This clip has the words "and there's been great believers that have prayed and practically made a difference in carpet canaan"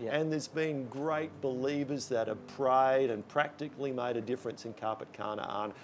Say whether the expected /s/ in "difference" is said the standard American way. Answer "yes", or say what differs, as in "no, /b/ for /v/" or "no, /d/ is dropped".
yes